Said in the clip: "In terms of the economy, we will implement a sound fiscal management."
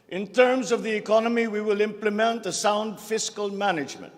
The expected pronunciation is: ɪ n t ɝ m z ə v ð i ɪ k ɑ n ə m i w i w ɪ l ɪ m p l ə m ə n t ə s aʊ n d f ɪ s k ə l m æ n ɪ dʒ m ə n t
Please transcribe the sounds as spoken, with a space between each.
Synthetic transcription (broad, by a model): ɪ n t ɝ m z ə v ð i ɪ k ɑ n ə m i w i w ɪ l ɪ m p l ə m ə n t ə s aʊ n d f ɪ s k ə l m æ n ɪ dʒ m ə n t